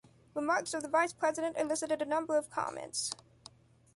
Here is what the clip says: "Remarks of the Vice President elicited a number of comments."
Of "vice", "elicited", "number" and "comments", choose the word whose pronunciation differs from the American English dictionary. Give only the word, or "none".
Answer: none